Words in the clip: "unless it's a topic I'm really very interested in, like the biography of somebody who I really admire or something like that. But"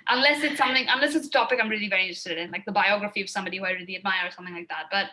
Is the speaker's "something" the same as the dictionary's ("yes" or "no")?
yes